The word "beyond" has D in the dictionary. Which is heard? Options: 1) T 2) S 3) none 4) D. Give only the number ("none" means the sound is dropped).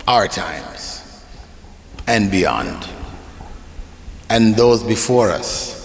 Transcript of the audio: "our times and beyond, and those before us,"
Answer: 4